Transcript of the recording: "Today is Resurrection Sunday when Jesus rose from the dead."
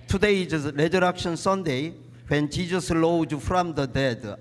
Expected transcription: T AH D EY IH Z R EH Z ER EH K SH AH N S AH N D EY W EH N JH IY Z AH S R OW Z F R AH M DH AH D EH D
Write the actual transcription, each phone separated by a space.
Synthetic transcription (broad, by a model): T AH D EY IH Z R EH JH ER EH K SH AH N S AH N D EY W EH N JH IY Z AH S L OW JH F R AH M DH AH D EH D